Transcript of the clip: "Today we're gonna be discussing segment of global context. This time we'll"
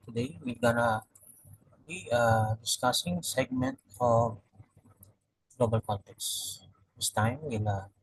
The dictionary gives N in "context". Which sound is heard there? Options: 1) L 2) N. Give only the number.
1